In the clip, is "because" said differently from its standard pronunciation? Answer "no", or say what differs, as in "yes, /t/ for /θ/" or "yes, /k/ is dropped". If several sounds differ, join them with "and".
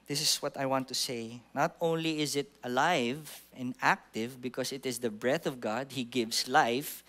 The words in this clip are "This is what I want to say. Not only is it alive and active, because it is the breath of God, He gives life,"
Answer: yes, /s/ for /z/